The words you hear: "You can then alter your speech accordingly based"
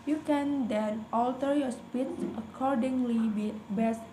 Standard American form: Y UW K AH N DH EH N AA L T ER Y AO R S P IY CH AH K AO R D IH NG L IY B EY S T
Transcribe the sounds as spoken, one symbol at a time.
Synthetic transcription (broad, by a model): Y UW K AH N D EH N AA L T ER Y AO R S P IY S AH K AO R D IH NG L IY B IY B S